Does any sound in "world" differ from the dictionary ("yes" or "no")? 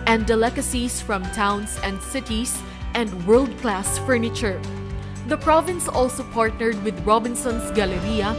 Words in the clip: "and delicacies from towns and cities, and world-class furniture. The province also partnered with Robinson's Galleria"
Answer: no